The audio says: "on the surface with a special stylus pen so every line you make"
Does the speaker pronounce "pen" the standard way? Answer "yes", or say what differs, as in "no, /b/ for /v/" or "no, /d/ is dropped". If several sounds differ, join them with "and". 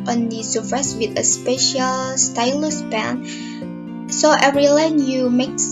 no, /b/ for /p/